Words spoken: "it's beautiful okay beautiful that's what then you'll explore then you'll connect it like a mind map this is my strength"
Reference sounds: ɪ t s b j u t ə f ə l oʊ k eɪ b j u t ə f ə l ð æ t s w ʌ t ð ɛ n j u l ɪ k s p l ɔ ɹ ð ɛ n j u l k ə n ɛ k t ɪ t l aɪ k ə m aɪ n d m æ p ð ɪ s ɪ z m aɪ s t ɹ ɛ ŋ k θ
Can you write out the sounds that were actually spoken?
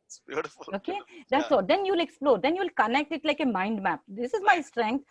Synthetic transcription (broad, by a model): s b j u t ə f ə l oʊ k eɪ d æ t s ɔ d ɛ n j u l ɪ k s p l ɔ ɹ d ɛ n j u l k ə n ɛ k t ɪ t l aɪ k ə m aɪ n d m æ p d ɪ s ɪ z m aɪ s t ɹ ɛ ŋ k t